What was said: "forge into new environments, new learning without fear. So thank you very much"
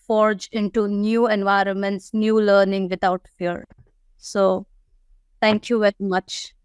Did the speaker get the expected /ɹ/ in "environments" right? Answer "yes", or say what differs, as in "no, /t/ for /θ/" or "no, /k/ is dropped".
yes